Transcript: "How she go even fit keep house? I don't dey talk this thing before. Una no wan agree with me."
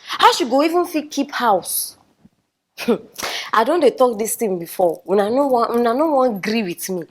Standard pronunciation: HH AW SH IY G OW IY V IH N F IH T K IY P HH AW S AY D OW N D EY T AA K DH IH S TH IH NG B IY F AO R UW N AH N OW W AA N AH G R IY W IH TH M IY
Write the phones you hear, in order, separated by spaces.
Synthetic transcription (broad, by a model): HH AW SH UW G OW IY V IH N F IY K IY P HH AW S AY D OW N D EY T AA K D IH S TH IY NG B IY F AO W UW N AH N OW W AA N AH G R IY W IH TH M IY